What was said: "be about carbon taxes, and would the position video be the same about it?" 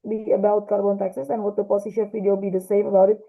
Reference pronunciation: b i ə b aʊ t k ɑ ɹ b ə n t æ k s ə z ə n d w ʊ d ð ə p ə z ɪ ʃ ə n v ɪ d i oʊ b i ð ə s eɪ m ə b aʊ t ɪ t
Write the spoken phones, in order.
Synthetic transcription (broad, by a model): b i ə b aʊ t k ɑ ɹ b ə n t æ k s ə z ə n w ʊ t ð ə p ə s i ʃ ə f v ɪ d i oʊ b i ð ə s eɪ m ə b aʊ t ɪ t